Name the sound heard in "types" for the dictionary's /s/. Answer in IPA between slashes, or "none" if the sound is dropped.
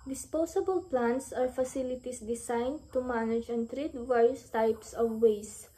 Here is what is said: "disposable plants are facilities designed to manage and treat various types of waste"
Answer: /s/